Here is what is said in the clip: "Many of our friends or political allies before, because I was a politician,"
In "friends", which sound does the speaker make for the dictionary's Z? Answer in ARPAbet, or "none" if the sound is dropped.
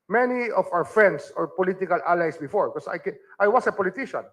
S